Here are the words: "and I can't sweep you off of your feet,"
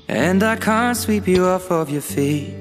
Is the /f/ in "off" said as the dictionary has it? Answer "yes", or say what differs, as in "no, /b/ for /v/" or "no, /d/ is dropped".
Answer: yes